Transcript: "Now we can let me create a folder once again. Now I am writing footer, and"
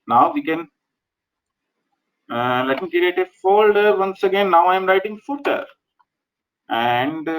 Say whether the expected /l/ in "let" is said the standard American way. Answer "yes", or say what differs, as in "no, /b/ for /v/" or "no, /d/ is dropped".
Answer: yes